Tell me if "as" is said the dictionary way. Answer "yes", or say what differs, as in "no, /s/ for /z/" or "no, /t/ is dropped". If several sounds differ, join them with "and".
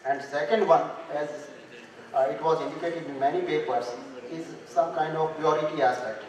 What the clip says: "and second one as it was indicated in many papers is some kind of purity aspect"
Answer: yes